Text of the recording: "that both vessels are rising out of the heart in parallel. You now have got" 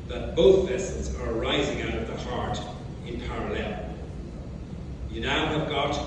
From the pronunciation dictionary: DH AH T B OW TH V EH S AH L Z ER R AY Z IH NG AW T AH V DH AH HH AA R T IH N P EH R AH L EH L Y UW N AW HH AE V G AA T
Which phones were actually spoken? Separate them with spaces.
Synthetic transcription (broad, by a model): DH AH T B OW TH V EH S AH L Z ER R AY Z IH NG AW T AH V DH AH HH AA R T IH N P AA R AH L EH L Y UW N AW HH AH V G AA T